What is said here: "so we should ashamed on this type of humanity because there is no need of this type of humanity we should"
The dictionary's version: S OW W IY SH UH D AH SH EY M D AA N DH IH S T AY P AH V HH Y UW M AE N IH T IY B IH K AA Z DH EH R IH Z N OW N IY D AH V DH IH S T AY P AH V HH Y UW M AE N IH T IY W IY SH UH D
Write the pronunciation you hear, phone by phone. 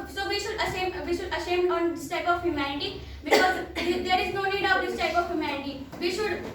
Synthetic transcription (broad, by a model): S OW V IY SH UH D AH S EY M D AA N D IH S T AY P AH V HH Y UW M AE N IH T IY B IH K AA Z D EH R IH Z N OW N IY D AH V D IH S T AY P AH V HH Y UW M AE N IH T IY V IY SH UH D